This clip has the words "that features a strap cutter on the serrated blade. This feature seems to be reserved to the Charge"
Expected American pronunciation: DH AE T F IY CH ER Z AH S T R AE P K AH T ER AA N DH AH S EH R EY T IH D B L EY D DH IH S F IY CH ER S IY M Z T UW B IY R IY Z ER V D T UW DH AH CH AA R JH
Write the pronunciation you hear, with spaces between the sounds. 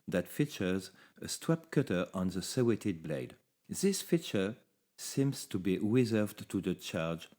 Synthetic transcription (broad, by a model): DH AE T F IY CH ER Z AH S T W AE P K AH T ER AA N DH AH S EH W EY T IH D B L EY D DH IH S F IY CH ER S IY M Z T UW B IY R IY Z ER V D T UW DH AH CH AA R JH